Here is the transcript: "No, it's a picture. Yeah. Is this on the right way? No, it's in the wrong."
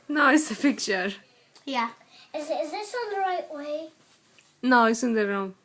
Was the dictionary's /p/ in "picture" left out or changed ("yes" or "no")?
yes